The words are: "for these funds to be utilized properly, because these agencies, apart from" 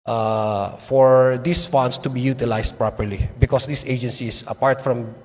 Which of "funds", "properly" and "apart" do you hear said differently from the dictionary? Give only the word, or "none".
funds